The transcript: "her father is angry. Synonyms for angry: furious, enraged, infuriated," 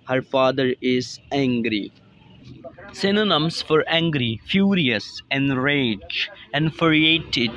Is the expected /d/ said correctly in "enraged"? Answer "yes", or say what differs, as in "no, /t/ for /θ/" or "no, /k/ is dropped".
no, /d/ is dropped